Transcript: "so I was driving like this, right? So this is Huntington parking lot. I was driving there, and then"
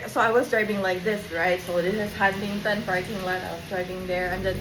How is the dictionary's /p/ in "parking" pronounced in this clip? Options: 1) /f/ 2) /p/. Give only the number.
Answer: 1